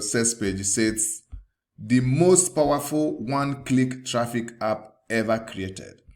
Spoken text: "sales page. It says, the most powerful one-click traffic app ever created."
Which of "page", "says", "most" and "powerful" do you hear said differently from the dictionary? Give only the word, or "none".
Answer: says